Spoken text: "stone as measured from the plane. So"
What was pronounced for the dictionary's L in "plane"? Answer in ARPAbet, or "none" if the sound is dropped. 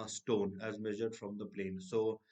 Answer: L